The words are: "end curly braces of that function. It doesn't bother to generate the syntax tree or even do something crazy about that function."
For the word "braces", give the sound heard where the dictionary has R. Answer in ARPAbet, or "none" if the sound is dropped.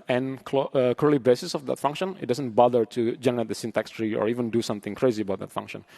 none